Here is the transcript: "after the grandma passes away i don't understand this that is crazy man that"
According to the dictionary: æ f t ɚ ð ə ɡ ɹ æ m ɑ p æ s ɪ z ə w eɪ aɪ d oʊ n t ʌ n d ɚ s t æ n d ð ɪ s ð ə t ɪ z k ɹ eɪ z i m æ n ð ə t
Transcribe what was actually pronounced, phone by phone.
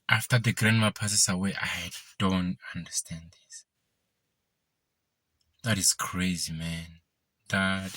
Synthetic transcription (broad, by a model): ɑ f t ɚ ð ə ɡ ɹ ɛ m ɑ p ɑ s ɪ s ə w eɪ aɪ d oʊ n t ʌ n d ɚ s t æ n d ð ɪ s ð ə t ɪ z k ɹ eɪ z i m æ n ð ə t